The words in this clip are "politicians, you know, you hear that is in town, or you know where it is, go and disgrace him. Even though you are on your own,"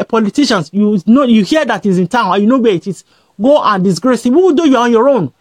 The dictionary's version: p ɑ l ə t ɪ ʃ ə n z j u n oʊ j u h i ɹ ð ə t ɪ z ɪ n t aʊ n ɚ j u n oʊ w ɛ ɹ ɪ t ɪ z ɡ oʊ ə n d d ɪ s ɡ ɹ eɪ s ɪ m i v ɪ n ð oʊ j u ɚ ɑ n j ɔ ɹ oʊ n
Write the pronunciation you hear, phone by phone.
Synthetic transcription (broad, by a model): p ɑ l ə t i ʃ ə n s j u n oʊ j u h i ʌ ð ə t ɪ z ɪ n t aʊ n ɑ j u n oʊ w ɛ ɪ t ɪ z ɡ oʊ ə n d d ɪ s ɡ ɹ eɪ s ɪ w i w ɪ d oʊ j u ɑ ɑ n j ɔ ɹ oʊ n